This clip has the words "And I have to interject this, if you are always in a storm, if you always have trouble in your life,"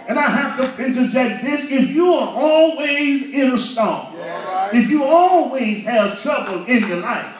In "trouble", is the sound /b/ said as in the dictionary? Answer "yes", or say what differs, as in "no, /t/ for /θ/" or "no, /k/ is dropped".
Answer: yes